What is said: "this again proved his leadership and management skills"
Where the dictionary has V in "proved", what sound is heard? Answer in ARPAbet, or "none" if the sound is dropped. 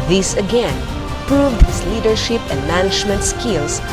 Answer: V